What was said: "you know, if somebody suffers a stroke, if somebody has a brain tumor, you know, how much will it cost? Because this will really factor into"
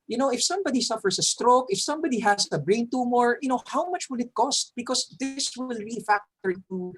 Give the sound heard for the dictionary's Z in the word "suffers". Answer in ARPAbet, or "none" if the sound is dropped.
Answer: S